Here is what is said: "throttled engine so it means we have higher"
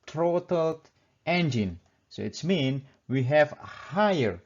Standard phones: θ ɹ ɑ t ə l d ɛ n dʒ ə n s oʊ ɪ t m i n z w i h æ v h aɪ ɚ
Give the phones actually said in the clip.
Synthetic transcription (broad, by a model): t ɹ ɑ t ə l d ɛ n dʒ ə n s oʊ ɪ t m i n w i h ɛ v h aɪ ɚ